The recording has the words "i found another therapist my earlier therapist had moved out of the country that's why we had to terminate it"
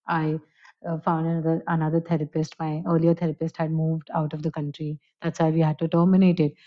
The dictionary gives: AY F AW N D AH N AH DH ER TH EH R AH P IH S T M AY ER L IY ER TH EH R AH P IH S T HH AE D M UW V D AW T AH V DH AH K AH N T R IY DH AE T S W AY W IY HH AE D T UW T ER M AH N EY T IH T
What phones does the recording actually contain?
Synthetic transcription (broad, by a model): AY F AW N D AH N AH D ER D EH R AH P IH S T M AY ER L IY ER T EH R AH P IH S T HH AE D M UW V D AW T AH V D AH K AH N T R IY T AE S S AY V IY HH AE D T UW T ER M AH N EY T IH T